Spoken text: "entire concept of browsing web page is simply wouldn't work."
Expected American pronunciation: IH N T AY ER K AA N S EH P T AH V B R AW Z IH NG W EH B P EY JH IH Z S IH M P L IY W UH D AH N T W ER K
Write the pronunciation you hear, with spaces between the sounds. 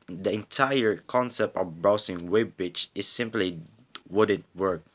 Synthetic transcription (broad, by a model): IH N T AY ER K AA N S EH P T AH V B R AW S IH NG W EH B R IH CH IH S IH M P L IY W UH D AH N T W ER K